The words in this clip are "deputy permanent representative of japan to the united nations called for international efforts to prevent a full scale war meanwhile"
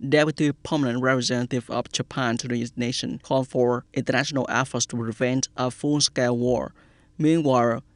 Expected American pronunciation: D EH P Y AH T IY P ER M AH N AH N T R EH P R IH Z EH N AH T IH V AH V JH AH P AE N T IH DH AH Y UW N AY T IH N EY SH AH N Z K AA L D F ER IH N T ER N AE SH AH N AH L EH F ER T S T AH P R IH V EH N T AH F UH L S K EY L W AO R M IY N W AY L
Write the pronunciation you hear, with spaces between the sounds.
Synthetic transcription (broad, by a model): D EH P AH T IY P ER M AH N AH N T R EH P R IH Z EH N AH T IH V AH V JH AH P AE N T IH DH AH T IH N EY SH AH N K AA L D F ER IH N T ER N AE SH AH N AH L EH F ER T S T AH P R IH V EH N T AH F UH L S K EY W AO R M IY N W AY L